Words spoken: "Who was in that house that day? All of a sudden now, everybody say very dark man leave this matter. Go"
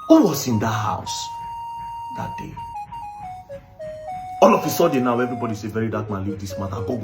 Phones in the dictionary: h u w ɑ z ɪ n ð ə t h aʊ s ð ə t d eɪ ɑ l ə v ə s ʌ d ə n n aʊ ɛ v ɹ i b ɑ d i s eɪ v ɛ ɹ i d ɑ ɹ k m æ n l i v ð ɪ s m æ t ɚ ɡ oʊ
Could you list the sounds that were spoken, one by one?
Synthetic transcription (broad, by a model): h u w ɑ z ɪ n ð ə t h aʊ s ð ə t d eɪ ɑ l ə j ə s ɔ d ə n n aʊ ɛ v ɹ i b ɑ d i s eɪ v ɛ ɹ i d ɑ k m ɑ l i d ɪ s m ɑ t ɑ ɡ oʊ